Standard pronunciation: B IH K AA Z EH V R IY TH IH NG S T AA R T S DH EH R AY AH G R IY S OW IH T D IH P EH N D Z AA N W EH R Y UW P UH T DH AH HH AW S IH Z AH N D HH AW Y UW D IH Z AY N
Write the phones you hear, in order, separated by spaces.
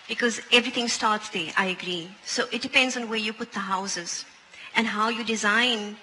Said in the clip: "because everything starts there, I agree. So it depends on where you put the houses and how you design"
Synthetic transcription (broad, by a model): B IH K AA Z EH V R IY T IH NG S T AA R T S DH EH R AY AH G R IY S OW IH T D IH P EH N D Z AA N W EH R Y UW P UH T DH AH HH AW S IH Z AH N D HH AW Y UW D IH Z AY N